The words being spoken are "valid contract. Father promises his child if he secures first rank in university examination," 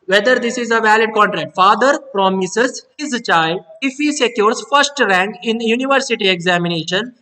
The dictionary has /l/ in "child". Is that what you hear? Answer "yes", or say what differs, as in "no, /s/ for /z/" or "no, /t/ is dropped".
yes